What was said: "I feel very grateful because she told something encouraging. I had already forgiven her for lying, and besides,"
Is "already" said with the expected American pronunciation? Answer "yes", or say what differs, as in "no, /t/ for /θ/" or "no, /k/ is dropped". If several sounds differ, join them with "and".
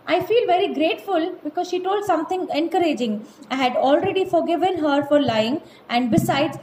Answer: yes